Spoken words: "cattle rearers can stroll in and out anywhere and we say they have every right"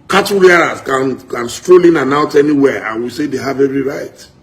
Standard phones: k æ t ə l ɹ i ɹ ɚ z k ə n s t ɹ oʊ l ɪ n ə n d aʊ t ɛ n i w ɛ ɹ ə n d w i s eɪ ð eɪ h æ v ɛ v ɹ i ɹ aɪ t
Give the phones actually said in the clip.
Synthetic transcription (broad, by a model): k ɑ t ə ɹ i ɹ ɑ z k ə n s t ɹ oʊ l ɪ n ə n aʊ t ɛ n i w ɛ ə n w i s eɪ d eɪ h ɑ v ɛ v ɹ i ɹ aɪ t